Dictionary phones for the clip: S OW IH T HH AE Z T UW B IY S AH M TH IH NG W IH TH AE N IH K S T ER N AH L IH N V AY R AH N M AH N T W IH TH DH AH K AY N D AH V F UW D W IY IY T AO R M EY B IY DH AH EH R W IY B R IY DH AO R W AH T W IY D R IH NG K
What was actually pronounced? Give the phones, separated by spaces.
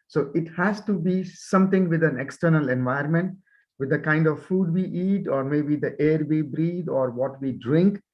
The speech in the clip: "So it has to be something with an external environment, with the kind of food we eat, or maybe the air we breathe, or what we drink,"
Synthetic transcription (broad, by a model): S OW IH T HH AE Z T UW B IY S AH M T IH NG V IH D AE N IH K S T ER N AH L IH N V AY AH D M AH N T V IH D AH K AY N D AH V F UW D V IY IY T AO R M EY B IY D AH EH R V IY B R IY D AO R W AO T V IY D R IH NG K